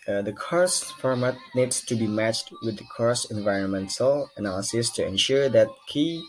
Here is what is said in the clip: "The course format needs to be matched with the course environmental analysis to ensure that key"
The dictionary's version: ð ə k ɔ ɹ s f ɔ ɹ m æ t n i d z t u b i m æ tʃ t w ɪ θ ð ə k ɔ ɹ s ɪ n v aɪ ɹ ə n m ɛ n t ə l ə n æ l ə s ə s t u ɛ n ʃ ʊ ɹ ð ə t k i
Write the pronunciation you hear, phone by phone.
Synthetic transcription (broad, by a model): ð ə k ɔ ɹ s f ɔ ɹ m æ t n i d s t u b i m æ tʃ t w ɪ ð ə k ɔ ɹ s ɪ n v aɪ ɹ ə n m ɛ n t ə l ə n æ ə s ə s t u ɛ n ʃ ʊ ɹ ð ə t k i